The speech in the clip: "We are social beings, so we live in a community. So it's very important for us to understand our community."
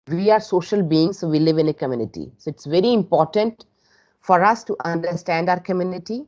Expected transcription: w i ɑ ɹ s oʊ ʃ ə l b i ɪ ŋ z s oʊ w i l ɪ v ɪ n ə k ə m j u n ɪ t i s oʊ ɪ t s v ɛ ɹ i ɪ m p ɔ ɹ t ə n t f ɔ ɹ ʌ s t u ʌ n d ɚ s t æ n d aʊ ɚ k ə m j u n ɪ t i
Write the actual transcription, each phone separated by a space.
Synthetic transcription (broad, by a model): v i ɑ ɹ s oʊ ʃ ə l b i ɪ ŋ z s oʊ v i l ɪ v ɪ n ə k ə m j u n ɪ t i s oʊ ɪ t s v ɛ ɹ i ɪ m p ɔ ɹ t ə n t f ɔ ɹ ʌ s t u ʌ n d ɚ s t æ n d aʊ ɚ k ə m j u n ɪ t i